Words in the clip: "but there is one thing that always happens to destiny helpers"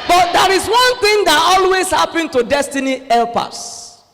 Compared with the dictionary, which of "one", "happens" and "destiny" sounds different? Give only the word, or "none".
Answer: happens